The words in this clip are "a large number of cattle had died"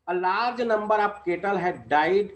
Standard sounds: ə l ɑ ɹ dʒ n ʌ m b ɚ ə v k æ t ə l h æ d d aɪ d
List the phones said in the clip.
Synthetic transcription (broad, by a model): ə l ɑ ɹ dʒ n ʌ m b ɚ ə p k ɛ t ə l h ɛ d d aɪ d